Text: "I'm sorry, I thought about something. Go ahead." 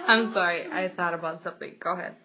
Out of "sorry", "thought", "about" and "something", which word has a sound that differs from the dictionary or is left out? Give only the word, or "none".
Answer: none